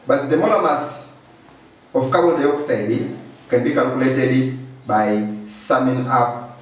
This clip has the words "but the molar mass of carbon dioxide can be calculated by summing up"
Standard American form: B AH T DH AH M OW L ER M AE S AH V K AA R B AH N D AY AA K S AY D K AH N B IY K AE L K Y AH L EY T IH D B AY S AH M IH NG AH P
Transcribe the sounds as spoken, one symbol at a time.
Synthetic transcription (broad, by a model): B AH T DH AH M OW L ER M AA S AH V K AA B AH L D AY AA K S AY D K AH N B IY K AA L K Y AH L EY T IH D B AY S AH M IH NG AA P